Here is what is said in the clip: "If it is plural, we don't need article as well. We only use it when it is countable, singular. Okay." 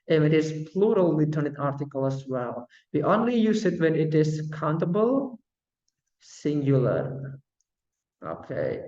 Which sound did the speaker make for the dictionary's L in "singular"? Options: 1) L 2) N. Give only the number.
1